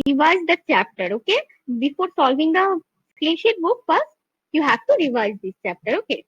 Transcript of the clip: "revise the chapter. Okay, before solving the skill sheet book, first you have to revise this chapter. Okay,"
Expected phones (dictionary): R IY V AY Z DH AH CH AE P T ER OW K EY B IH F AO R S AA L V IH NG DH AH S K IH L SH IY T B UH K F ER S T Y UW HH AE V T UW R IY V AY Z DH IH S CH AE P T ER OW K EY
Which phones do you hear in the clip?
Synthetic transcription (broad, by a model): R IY V AY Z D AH CH AE P T ER OW K EY B IH F AO R S AA L V IH NG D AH S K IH N SH IY T B UH K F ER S Y UW HH AE V T UW R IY V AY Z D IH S CH AE P T ER OW K EY